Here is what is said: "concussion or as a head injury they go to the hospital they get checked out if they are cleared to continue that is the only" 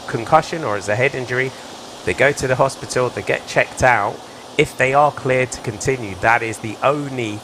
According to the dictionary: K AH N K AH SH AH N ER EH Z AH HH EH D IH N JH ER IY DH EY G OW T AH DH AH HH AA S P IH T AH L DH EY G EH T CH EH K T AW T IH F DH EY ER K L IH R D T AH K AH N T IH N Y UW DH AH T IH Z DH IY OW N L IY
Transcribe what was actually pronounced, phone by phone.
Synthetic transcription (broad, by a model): K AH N K AH SH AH N ER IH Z AH HH EH D IH N JH ER IY DH EY G OW T AH DH AH HH AA S P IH T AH L DH EY G EH T CH EH K T AW T IH F DH EY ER K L IH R D T AH K AH N T IH N Y UW DH AH T IH Z DH IY OW N L IY